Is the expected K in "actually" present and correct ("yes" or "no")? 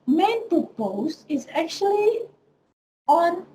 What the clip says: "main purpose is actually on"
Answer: yes